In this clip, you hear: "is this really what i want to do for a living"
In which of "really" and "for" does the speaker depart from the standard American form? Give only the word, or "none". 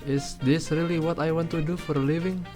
none